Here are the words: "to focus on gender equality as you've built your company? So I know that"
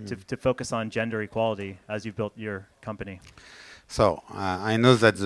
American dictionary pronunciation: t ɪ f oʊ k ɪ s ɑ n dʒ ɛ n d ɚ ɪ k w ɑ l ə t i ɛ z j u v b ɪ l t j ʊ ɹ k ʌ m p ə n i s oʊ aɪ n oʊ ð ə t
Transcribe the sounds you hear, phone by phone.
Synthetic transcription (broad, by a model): t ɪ f oʊ k ɪ s n dʒ ɛ n d ɚ ɪ k w ɑ l ə t i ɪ z j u v b ɪ l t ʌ ɹ k ʌ m p ə n i s oʊ aɪ n oʊ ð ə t